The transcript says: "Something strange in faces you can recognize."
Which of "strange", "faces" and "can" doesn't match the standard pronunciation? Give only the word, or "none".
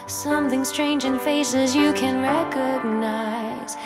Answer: none